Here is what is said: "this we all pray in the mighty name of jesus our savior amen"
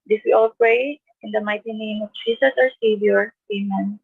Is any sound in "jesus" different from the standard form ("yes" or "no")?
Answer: yes